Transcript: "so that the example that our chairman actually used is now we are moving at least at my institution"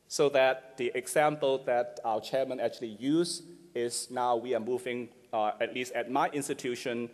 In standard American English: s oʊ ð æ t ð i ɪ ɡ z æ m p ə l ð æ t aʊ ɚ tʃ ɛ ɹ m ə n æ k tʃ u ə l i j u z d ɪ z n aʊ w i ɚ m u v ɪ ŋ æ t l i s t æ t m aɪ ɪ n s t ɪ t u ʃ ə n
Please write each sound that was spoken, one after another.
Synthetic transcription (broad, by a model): s oʊ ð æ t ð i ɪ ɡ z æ m p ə l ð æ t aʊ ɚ tʃ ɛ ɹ m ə n æ k tʃ u ə l i j u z ɪ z n aʊ w i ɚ m u v ɪ ŋ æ t l i s t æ t m aɪ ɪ n s t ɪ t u ʃ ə n